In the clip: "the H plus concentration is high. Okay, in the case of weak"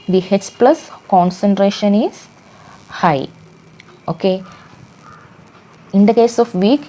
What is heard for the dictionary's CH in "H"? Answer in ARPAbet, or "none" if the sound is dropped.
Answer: S